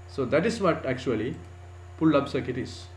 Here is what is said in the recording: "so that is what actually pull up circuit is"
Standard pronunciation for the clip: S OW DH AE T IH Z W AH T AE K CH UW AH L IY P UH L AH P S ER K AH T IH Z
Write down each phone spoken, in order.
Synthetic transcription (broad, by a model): S OW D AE T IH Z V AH T AE K CH UW AH L IY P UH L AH B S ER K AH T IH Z